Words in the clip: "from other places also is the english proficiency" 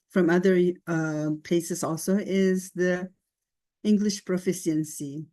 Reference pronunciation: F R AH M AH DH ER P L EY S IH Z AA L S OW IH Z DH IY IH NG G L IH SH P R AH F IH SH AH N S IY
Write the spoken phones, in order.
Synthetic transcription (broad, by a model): F R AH M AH DH ER P EY S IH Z AA L S OW IH Z DH IY IH NG G L IH SH P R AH F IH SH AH N S IY